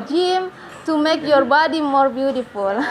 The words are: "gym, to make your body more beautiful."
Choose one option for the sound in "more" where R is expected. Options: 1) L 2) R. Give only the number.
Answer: 2